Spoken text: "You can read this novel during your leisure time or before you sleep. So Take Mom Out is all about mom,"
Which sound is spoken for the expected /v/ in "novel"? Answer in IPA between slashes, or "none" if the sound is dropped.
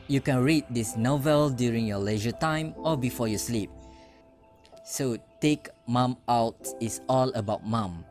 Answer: /v/